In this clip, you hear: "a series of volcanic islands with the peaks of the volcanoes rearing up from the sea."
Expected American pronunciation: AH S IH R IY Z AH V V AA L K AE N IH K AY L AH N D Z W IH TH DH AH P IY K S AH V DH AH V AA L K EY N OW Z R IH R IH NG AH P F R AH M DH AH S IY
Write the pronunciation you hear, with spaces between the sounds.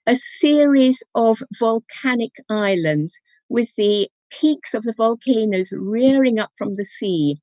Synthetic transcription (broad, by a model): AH S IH R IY Z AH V V AA L K AE N IH K AY L AH N D Z W IH DH AH P IY K S AH V DH AH V AA L K EY N OW Z R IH R IH NG AH P F R AH M DH AH S IY